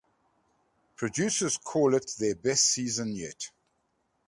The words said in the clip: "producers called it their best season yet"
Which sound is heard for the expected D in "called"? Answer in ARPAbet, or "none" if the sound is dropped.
none